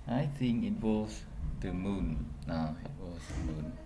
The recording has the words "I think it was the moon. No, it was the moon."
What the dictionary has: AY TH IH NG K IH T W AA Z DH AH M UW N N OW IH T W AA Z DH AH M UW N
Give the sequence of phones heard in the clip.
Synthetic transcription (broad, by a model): AY TH IH NG K IH T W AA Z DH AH M UW N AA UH IH T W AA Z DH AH M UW N